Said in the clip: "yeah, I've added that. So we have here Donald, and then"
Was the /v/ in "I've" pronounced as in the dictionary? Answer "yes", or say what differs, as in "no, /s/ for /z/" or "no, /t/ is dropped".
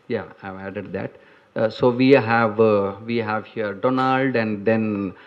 yes